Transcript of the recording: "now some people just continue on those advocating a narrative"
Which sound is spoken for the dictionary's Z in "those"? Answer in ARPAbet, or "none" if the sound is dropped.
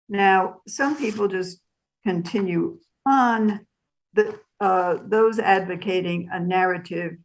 Z